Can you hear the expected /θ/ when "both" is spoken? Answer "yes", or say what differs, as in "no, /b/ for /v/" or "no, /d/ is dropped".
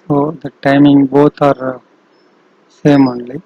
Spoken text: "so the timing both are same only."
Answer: no, /t/ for /θ/